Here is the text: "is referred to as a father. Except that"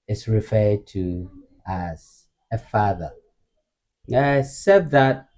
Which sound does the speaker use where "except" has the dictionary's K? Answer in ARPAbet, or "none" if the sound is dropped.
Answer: none